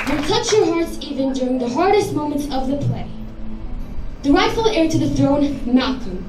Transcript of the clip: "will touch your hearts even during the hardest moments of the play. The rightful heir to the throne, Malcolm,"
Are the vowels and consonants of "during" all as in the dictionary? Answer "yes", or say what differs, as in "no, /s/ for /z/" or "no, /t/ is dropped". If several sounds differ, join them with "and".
yes